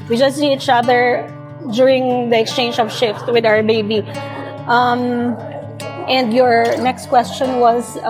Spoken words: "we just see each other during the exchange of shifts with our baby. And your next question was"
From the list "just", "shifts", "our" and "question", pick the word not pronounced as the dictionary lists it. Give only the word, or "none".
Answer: shifts